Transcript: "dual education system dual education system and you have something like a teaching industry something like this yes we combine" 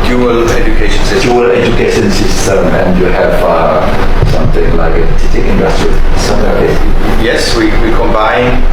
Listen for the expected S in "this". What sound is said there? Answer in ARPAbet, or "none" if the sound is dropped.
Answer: none